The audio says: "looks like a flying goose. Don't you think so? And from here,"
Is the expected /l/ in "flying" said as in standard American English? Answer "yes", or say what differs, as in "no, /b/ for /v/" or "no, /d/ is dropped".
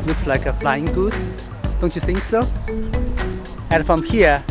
yes